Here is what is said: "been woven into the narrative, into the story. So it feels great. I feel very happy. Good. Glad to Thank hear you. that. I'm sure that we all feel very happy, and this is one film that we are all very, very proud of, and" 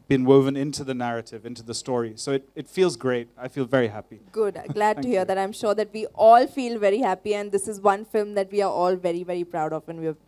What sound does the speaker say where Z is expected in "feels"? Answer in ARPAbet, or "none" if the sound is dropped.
Z